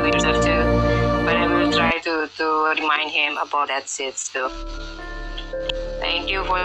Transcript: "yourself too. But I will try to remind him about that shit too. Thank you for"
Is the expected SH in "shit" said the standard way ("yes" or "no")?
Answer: no